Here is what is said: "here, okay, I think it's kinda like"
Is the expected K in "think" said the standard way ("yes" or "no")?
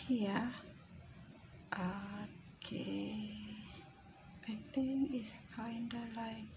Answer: no